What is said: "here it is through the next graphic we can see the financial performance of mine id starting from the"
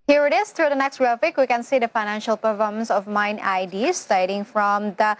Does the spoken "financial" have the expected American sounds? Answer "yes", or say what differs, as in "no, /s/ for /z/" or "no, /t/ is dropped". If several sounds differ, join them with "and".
yes